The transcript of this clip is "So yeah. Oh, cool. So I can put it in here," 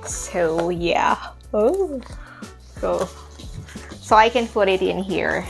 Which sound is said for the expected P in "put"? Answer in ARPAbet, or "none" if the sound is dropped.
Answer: F